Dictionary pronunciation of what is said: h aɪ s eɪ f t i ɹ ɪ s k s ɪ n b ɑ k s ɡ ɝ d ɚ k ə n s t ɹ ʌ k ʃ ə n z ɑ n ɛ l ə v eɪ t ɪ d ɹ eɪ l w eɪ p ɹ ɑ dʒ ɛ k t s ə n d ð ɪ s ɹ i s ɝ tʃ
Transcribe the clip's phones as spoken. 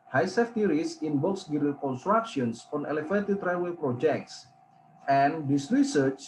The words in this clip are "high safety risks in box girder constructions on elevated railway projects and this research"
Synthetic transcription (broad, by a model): h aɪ s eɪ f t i ɹ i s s ɪ n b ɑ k s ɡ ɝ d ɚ k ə n s t ɹ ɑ k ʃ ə n s ɑ n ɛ l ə f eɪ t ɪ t ɹ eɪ w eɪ p ɹ ɑ dʒ ɛ k t s ə n d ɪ s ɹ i s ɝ tʃ